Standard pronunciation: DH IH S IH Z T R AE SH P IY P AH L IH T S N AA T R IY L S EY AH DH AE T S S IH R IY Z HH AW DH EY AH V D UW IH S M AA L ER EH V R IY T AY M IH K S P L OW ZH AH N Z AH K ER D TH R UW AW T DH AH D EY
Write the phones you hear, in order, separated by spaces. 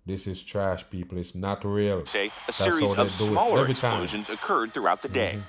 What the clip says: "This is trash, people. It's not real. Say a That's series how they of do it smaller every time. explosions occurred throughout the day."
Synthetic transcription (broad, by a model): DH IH S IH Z T R AE SH P IY P AH L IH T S N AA T R IY L S EY AH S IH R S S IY IY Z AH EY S D UW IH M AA L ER EH V R IY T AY IH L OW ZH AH N Z AH K ER D TH R UW AW T DH AH D EY